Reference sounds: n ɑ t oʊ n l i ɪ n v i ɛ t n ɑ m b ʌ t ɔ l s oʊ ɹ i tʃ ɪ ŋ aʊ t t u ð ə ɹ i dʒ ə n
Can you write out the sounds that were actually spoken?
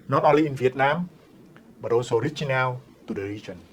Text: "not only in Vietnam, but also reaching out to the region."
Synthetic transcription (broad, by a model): n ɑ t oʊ l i ɪ n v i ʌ t n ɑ m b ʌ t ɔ s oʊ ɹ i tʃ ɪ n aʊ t t u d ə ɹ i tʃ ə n